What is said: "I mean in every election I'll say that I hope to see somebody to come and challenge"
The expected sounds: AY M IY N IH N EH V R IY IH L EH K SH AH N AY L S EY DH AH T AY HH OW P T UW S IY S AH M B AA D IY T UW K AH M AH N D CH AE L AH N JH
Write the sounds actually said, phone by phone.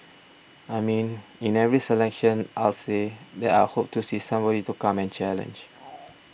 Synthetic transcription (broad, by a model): AY M IY N IH N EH V R IY IH L EH K SH AH N AY L S EY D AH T AY HH OW P T UW S IY S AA M B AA D IY T UW K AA M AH N CH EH L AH N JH